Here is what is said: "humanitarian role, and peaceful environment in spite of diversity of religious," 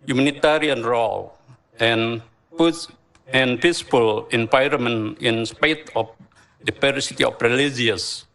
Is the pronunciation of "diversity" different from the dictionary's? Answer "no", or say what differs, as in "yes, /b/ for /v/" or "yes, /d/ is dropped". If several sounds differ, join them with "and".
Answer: yes, /p/ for /v/